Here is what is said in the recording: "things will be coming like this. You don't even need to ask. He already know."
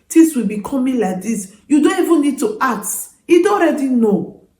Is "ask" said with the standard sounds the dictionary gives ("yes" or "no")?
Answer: no